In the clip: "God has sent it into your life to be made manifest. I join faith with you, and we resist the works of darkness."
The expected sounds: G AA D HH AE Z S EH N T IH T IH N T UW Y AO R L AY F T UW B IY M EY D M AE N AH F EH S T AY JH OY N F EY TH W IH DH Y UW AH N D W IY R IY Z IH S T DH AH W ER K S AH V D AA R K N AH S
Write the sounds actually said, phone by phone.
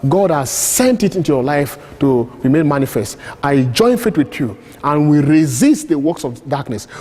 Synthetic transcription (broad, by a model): G AA D HH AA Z S EH N T IH T IH N T UW Y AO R L AY F T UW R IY M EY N M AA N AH F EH S T AY JH OY N F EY T W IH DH Y UW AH N W IY R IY Z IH S T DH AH W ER K S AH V D AA K N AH S